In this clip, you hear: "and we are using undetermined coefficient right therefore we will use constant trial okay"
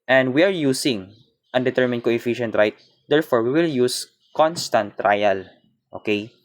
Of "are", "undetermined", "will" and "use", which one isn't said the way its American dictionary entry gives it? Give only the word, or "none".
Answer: none